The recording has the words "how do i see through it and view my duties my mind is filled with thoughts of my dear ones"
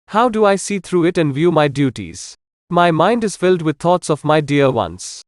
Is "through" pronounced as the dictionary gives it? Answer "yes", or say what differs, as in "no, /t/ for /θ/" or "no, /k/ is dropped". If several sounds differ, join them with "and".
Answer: no, /t/ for /θ/